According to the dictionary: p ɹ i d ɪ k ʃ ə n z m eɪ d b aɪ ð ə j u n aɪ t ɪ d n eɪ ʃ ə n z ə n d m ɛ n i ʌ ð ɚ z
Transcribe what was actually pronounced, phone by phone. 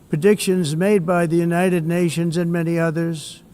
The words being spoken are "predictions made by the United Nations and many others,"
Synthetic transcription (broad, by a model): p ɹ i d ɪ k ʃ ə n z m eɪ d b aɪ ð ə j u n aɪ t ɪ d n eɪ ʃ ə n z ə n m ɛ n i ʌ ð ɚ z